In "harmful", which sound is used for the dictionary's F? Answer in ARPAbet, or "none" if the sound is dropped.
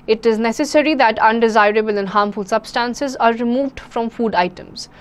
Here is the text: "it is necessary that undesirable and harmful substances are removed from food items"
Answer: F